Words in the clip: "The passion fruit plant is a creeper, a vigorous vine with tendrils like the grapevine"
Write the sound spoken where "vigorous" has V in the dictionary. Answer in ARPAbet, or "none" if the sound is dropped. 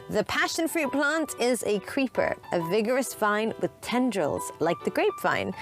V